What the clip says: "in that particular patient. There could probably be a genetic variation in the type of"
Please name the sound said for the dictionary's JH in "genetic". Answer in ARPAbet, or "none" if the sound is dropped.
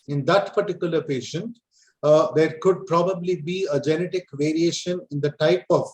JH